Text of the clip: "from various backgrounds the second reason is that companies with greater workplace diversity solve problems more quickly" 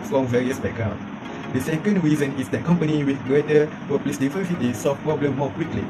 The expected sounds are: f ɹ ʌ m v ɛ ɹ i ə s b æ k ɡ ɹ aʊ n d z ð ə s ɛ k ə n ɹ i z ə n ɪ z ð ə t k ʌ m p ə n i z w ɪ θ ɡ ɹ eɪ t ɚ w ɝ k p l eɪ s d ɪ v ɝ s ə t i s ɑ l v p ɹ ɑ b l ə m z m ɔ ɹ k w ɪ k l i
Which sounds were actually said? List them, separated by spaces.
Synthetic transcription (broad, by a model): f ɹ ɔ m v ɛ ɹ i ə s b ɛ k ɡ ɹ aʊ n d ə s ɛ k ə n ɹ i z ə n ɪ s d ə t k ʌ m p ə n i w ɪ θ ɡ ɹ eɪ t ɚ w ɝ p l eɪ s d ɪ f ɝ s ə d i s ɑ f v p ɹ ɑ b l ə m m ɔ k w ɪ k l i